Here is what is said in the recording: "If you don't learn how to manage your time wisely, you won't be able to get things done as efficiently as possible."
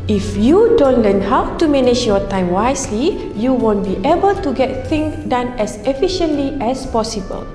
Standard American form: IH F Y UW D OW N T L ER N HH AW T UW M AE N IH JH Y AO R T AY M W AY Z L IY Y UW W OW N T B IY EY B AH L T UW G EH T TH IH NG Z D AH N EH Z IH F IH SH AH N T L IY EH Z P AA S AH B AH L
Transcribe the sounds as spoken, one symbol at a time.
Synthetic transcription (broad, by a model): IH F Y UW D OW N T L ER N HH AW T UW M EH N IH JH Y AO T AY M W AY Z L IY Y UW W OW N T B IY EY B AH L T UW G EH T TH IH NG D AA N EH S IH F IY SH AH N T L IY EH S P AA S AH B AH L